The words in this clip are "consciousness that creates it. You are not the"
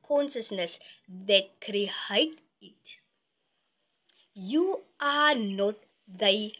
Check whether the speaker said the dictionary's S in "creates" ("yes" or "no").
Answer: no